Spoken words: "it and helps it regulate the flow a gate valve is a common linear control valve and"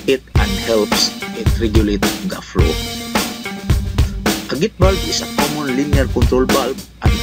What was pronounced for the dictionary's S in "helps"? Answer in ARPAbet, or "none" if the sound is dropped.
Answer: S